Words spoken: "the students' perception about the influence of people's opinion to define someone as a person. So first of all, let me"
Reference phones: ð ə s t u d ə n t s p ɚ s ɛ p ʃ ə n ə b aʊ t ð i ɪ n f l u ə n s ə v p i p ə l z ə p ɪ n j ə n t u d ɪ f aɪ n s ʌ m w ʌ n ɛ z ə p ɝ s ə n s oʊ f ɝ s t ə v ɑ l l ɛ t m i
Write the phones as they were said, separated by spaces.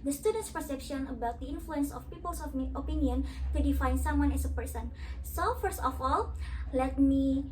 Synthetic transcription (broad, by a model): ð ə s t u d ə n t s p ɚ s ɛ p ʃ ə n ə b aʊ t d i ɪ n f l u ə n s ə f p i p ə l s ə p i n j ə n t u d ɪ f aɪ n s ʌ m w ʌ n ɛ s ə p ɝ s ə n s oʊ f ɝ s t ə f ɑ l l ɛ t m i